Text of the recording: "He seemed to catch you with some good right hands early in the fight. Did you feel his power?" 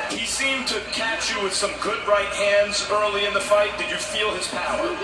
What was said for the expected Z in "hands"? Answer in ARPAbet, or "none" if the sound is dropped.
Z